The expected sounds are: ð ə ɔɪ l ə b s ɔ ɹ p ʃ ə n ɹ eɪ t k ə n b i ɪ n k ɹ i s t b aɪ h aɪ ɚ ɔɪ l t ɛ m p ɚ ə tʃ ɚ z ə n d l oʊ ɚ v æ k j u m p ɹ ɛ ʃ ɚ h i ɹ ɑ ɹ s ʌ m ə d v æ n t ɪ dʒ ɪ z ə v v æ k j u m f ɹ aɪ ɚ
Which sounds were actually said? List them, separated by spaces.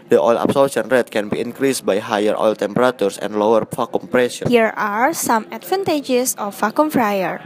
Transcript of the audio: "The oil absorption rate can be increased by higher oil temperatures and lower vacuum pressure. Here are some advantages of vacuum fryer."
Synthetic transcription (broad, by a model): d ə ɔɪ l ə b s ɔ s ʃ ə n ɹ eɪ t k ə n b i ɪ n k ɹ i s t b aɪ h aɪ ɚ ɔɪ l t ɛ m p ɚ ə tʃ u s ə n d l oʊ ɚ f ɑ k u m p ɹ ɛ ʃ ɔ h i ɹ ɑ ɹ s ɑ m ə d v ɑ n t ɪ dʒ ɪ s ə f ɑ k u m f ɹ aɪ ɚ